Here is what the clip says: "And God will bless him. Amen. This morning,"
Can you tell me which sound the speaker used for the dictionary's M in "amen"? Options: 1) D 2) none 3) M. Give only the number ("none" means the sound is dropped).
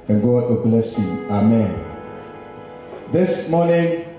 3